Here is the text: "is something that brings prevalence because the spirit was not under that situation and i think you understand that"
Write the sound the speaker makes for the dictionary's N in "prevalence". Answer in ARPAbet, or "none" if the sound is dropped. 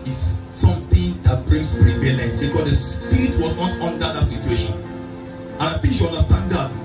none